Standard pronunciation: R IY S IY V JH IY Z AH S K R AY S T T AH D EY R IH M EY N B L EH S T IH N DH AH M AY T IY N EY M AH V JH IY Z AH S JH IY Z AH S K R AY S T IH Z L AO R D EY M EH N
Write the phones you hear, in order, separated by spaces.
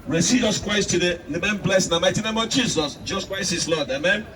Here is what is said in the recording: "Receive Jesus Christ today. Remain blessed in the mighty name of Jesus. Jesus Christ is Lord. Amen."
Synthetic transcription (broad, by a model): R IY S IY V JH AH S K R AY S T T AH D EY L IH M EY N B L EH S IH N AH M AY T IY N EY M AH V JH IY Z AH S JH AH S K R AY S IH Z L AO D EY M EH N